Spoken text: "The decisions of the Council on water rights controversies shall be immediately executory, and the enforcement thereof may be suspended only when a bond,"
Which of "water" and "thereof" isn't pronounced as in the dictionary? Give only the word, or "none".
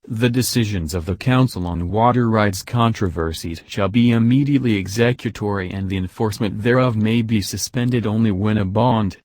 none